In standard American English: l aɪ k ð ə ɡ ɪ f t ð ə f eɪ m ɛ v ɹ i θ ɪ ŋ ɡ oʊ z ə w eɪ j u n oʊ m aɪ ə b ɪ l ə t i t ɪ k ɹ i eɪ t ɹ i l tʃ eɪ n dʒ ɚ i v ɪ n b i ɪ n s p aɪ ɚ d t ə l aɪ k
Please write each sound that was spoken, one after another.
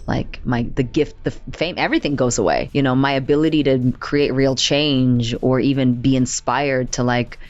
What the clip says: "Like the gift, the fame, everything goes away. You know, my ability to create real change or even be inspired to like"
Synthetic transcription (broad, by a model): l aɪ k ð ə ɡ ɪ f t ð ə f eɪ m ɛ v ɹ i θ ɪ ŋ ɡ oʊ z ə w eɪ j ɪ n oʊ m aɪ ə b ɪ l ə t i t ɪ k ɹ i eɪ t ɹ i l tʃ eɪ n dʒ ɚ i v ɪ n b i ɪ n s p aɪ ɚ d t ə l aɪ k